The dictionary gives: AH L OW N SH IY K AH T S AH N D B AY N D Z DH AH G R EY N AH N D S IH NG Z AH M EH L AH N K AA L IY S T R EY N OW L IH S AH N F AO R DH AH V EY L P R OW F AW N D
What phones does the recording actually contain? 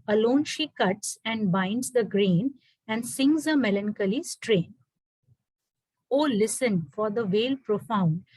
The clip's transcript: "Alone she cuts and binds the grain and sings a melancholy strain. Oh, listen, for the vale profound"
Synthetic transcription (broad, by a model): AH L OW N SH IY K AH T S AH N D B AY N D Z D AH G R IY N AH N D S IH NG Z AH M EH L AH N K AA L IY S T R EY N OW L IH S AH N F AO R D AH V EY L P R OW F AW N D